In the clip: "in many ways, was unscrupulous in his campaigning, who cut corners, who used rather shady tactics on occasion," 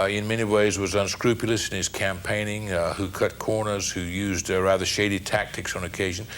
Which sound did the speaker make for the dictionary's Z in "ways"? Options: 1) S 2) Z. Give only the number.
2